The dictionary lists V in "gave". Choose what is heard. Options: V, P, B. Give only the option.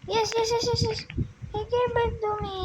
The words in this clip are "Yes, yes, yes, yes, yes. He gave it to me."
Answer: B